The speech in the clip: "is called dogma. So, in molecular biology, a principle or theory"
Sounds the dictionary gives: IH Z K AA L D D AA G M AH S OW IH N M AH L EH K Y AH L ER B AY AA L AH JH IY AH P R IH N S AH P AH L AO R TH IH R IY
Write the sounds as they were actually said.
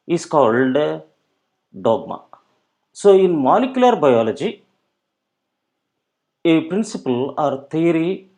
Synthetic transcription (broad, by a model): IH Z K AA L D D AA G M AH S OW IH N M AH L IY K Y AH L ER B AY AA L AH JH IY AH P R IH N S AH P AH L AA R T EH R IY